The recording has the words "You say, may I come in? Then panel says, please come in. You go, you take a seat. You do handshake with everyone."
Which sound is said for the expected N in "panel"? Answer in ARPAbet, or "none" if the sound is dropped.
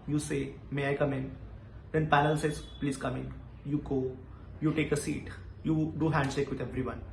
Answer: L